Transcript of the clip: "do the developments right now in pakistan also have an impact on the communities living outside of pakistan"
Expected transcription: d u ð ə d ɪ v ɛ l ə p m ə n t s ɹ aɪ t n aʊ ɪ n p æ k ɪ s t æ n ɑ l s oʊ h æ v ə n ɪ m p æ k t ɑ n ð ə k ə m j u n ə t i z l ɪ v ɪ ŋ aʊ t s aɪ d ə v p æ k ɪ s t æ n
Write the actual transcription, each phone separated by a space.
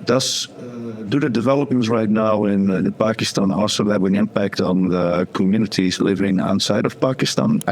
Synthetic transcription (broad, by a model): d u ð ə d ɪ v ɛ l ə p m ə n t ɹ aɪ t n aʊ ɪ n p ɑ k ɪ s t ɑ n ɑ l s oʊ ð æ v ə n ɪ m p æ k t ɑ n ð ə k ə m j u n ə t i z l ɪ v ɪ ŋ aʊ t s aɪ d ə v p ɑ k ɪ s t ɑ n